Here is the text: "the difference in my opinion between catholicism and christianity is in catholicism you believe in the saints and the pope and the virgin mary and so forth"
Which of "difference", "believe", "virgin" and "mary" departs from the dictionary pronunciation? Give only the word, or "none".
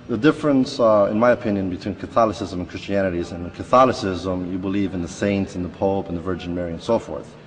none